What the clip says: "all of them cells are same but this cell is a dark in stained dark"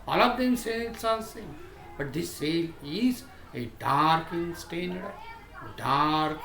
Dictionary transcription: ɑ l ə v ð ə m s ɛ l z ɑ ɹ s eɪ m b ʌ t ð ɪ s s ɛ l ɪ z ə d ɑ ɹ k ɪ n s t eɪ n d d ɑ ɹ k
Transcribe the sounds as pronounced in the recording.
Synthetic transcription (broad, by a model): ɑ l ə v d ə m s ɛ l s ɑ l s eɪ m b ʌ t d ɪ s s ɛ l ɪ z ə d ɑ ɹ k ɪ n s t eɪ n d d ɑ ɹ k